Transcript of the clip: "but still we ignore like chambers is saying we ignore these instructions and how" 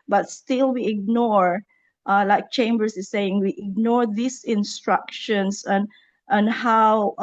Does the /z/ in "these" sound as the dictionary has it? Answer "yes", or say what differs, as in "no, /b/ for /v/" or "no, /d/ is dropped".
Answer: no, /s/ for /z/